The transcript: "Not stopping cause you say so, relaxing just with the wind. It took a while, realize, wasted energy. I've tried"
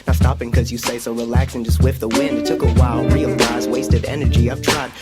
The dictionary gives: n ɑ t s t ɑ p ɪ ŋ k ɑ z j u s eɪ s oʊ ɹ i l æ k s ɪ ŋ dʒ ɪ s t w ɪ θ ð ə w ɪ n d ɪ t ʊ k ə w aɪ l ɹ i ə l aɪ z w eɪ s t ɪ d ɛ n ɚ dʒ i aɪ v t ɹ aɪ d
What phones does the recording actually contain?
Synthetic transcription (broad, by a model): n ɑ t s t ɑ p ɪ ŋ k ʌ z j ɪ s eɪ s oʊ ɹ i l æ k s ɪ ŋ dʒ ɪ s w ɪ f ð ə w ɪ n d ɪ t ʊ k ə w aɪ l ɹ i l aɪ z w eɪ s t ɪ d ɛ n ɚ dʒ i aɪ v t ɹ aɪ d